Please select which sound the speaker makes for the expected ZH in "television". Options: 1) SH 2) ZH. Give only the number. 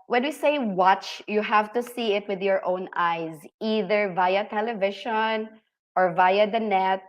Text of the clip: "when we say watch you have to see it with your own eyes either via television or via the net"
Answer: 1